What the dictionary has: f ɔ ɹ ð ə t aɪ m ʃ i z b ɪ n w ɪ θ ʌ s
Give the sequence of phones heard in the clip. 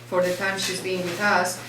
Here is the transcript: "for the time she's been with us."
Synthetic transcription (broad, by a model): f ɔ ɹ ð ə t aɪ m ʃ i z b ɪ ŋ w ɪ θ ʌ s